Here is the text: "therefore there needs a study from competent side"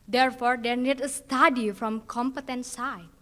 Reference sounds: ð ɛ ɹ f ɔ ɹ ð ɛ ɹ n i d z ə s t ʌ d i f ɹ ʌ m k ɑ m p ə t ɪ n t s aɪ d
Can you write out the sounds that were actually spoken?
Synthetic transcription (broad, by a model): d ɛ ɹ f ɔ ɹ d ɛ n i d ə s t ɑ d i f ɹ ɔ m k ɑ m p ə t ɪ n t s aɪ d